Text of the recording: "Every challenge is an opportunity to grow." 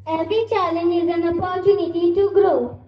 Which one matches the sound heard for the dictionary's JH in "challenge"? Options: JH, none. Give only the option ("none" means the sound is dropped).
none